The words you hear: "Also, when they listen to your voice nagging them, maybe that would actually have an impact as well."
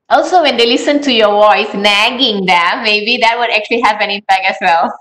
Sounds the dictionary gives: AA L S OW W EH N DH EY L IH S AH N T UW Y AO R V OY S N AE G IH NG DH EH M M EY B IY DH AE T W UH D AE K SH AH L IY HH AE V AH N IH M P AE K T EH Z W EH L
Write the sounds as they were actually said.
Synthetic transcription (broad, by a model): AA L S OW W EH N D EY L IH S AH N T UW Y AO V OY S N AE G IH NG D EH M M EY B IY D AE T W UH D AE K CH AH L IY HH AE P AH N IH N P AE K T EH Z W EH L